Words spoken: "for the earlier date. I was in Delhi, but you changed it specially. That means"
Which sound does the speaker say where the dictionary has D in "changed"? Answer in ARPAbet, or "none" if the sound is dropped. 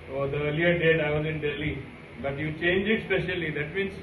none